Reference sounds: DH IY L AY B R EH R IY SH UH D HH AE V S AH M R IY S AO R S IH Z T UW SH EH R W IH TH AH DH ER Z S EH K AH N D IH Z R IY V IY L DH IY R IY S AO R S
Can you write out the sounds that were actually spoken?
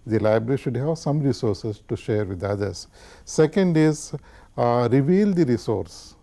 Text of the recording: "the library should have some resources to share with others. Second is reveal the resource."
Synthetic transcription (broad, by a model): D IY L AY B R EH R IY SH UH D HH AE V S AH M R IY S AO R S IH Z T UW SH EH R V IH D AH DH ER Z S EH K AH N D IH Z R IY V IY L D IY R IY S AO R S